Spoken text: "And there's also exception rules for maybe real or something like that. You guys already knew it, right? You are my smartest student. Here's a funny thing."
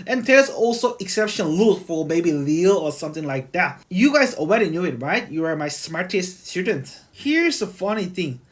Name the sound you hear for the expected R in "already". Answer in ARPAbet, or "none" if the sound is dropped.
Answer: W